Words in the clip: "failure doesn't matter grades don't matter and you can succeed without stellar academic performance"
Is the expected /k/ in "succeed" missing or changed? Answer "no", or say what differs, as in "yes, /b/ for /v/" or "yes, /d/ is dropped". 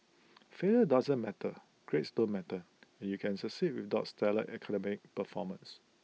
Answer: yes, /k/ is dropped